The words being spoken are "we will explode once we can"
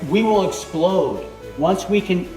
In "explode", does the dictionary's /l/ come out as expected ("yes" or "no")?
yes